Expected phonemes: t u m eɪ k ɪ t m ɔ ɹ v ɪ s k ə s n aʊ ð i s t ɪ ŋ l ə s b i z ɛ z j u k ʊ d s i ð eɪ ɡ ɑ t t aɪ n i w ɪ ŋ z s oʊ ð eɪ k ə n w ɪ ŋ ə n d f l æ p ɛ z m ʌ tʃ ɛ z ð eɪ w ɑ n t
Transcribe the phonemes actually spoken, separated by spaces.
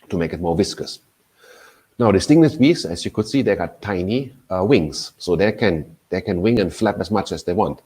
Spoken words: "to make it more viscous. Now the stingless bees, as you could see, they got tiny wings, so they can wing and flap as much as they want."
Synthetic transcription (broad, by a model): t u m eɪ k ɪ t m ɔ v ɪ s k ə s n aʊ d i s t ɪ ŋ n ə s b i s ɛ s j u k ʊ d s i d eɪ ɡ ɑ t t aɪ n i w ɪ ŋ s oʊ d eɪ k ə n w ɪ ŋ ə n f l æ p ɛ s m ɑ tʃ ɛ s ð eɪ w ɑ n t